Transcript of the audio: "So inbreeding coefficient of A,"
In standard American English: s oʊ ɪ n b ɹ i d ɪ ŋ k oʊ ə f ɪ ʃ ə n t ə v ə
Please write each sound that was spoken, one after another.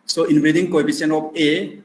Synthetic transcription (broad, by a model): s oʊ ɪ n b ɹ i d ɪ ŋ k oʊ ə p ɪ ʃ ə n ə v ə